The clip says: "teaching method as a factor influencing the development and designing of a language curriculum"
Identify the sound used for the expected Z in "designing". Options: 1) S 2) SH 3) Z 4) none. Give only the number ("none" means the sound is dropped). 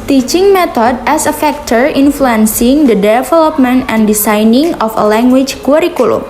1